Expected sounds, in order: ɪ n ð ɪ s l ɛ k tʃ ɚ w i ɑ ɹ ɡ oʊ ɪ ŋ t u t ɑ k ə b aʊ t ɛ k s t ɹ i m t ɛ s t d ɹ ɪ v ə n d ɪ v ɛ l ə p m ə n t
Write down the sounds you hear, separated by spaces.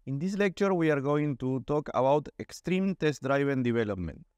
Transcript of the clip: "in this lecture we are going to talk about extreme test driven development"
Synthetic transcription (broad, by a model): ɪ n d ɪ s l ɛ k tʃ ɚ w i ɑ ɹ ɡ oʊ ɪ ŋ t u t ɑ k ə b aʊ t ɛ k s t ɹ i m t ɛ s t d ɹ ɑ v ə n d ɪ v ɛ l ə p m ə n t